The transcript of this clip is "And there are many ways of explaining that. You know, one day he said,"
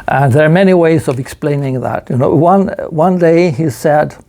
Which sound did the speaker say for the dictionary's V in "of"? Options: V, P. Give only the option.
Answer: V